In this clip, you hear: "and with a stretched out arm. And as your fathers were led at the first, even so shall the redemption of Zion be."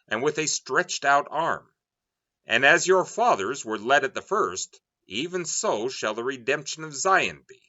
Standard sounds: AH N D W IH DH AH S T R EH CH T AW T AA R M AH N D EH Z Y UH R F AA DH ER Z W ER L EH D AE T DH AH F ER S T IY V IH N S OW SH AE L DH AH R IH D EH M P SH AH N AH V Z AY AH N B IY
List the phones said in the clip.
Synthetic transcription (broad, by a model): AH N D W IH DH AH S T R EH CH T AW T AA R M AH N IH Z Y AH R F AA DH ER Z W ER L EH D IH T DH AH F ER S T IY V IH N S OW SH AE L DH AH R IH D EH M P SH AH N AH V Z AY AH N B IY